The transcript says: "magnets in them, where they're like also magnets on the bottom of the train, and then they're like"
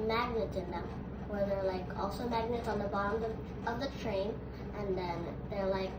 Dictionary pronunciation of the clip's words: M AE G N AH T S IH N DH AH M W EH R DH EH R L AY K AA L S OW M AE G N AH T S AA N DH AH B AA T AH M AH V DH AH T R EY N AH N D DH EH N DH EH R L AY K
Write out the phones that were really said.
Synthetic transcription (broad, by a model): M AE G N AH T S IH N DH AH M W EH R DH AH R L AY K AA L S OW M AE G N AH T S N DH AH B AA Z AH AH V DH AH T R EY N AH N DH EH N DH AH R L AY K